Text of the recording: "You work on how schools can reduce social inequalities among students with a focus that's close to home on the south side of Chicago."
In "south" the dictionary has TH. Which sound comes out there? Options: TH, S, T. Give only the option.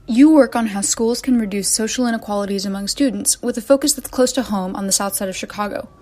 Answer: TH